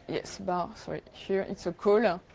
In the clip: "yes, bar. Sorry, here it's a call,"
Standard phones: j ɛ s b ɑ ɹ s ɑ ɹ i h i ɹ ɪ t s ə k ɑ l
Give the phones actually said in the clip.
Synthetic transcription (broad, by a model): j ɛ s b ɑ s ɑ ɹ i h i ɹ ɪ t s ə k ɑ l